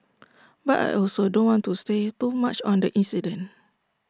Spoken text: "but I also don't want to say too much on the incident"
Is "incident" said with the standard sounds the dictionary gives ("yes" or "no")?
no